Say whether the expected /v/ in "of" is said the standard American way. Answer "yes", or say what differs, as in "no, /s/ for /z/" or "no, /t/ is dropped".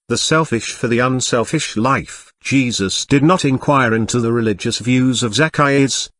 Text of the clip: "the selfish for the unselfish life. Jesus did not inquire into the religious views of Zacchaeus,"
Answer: yes